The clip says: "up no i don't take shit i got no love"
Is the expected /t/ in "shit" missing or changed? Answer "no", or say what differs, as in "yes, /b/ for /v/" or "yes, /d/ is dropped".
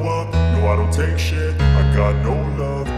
yes, /t/ is dropped